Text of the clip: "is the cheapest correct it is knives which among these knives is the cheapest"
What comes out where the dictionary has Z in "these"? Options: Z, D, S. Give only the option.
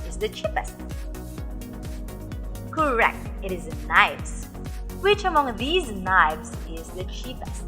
Z